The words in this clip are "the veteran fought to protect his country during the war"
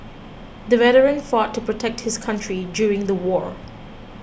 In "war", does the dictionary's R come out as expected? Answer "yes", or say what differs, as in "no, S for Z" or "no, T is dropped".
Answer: yes